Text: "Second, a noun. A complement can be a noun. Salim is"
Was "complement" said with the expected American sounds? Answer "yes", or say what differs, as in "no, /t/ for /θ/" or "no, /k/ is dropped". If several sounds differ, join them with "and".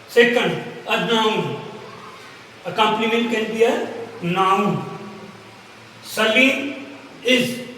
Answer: no, /n/ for /l/